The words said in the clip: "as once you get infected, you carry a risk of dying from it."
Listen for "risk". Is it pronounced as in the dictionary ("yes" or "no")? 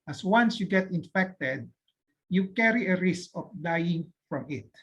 yes